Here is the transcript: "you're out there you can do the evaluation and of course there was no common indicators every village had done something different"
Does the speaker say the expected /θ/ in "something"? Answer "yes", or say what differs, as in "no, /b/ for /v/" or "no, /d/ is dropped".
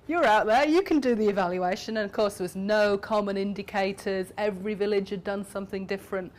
yes